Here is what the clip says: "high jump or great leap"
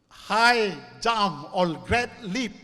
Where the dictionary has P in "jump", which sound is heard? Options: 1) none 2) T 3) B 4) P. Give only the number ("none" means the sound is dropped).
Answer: 1